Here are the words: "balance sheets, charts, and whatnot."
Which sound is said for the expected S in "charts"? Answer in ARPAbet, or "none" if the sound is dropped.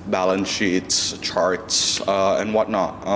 S